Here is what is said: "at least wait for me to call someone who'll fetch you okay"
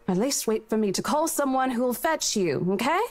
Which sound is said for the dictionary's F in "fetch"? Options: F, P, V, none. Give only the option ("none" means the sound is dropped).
F